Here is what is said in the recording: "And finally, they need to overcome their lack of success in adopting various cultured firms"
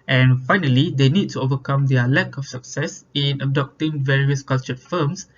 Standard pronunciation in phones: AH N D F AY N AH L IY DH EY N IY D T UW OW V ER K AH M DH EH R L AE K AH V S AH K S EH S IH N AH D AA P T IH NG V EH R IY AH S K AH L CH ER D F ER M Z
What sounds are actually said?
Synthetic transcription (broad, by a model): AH N F AY N AH L IY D EY N IY D T UW OW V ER K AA M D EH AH L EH K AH F S AH K S EH S IH N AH D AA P T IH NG V EH R IY AH S K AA L CH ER F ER M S